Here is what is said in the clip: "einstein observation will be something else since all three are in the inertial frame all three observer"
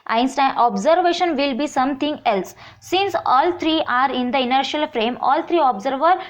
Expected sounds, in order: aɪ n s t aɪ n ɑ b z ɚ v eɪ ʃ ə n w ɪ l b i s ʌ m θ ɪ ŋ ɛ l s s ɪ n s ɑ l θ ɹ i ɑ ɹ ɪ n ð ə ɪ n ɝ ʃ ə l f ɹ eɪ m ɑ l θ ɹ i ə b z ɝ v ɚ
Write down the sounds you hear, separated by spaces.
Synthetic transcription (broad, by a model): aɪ n s t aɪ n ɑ b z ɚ v eɪ ʃ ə n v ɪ l b i s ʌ m t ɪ ŋ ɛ l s s ɪ n s ɑ l t ɹ i ɑ ɹ ɪ n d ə ɪ n ɝ ʃ ə l f ɹ eɪ m ɑ l t ɹ i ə b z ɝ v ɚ